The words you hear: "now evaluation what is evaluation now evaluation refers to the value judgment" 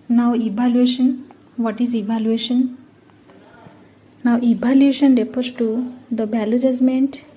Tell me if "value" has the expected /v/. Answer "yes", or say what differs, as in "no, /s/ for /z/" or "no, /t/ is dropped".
no, /b/ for /v/